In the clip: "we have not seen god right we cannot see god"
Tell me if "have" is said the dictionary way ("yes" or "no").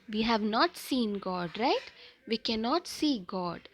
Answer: yes